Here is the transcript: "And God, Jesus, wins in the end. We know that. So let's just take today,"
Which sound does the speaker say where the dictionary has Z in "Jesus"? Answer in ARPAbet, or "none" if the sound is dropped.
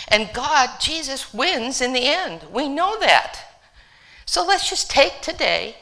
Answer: Z